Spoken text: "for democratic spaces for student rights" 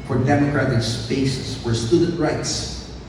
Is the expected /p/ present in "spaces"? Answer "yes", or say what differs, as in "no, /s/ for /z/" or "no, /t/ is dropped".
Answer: no, /b/ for /p/